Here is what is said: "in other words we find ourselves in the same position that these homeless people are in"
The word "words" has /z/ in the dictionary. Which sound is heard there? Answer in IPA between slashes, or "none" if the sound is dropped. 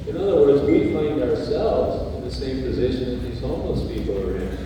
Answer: /z/